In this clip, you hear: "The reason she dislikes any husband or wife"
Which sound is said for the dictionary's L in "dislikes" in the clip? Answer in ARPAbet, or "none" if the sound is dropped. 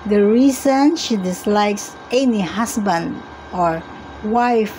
L